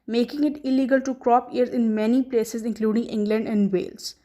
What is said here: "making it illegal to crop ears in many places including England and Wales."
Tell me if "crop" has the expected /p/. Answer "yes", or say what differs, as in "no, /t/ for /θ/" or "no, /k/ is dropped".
yes